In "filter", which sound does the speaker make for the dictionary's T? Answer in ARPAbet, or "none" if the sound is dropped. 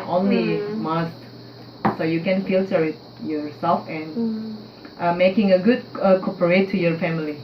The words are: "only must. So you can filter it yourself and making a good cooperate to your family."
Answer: S